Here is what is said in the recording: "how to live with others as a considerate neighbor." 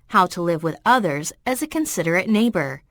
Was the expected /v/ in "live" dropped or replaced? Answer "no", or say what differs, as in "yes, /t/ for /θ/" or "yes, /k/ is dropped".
no